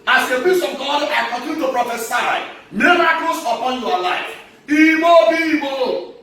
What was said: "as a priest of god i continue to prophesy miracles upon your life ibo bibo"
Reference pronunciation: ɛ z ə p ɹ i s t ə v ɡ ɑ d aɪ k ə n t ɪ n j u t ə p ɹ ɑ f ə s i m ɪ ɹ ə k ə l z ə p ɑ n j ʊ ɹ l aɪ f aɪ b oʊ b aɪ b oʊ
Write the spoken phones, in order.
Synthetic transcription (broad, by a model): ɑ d ə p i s ə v ɡ ɑ d aɪ k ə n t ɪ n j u t ə p ɹ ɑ f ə s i m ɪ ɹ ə k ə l s ə p ɑ n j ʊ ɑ l aɪ f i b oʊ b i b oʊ